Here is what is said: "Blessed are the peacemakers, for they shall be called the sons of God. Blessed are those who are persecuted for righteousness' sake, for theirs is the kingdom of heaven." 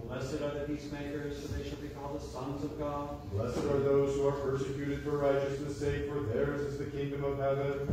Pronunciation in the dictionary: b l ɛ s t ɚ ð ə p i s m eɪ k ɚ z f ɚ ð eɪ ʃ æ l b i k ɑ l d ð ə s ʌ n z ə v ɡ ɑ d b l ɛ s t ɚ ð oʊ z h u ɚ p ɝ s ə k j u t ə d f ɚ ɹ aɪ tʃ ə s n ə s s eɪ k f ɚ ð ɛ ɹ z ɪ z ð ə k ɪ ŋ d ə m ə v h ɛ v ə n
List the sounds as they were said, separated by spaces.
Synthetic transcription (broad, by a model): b l ɛ s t ɚ ð ə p i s m eɪ k ɚ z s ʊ ð eɪ ʃ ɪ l b i k ɑ l d ð ə s ʌ n z ə v ɡ ɑ d l ɛ s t ɚ ð oʊ z h u ɚ p ɝ s ə k j u t ə d f ɚ ɹ aɪ tʃ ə s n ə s s eɪ k f ɚ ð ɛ ɹ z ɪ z ð ə k ɪ ŋ d ə m ə v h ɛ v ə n